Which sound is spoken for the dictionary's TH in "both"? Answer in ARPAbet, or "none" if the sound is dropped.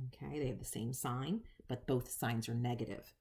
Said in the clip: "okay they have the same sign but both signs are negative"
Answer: TH